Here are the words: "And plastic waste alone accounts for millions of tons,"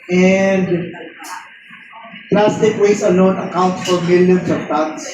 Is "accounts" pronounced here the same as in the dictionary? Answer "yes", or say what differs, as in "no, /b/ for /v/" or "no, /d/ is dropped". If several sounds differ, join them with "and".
no, /s/ is dropped